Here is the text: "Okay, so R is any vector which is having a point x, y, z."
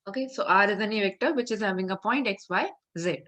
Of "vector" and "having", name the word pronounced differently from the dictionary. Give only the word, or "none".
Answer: none